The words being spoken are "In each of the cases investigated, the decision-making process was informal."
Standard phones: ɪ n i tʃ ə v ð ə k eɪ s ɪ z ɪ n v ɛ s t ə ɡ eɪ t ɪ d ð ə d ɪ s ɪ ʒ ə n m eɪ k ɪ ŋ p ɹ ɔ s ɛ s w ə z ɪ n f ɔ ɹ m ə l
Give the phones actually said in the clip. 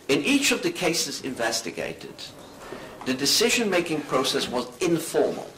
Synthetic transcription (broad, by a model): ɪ n i tʃ ə v ð ə k eɪ s ɪ z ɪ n v ɛ s t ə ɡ eɪ t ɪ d ð ə d ɪ s ɪ ʒ ə n m eɪ k ɪ ŋ p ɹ ɔ s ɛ s w ə z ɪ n f ɔ ɹ m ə l